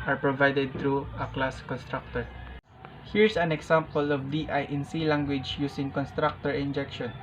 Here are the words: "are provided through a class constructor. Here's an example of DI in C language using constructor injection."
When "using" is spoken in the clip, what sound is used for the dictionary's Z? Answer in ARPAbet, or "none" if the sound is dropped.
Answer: S